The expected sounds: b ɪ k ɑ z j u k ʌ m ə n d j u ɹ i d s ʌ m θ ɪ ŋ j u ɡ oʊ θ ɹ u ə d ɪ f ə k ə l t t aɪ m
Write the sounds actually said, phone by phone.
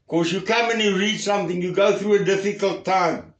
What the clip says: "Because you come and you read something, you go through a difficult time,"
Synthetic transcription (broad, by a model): k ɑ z j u k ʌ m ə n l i ɹ i d s ʌ m θ ɪ ŋ j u ɡ oʊ θ ɹ u ə d ɪ f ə k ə l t t aɪ m